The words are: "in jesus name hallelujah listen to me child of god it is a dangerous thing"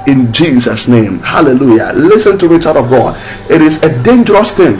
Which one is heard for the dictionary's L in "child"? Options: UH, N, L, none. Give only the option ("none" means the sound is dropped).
none